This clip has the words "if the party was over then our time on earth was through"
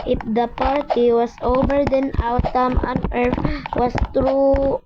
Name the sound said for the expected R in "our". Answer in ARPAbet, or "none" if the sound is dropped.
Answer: W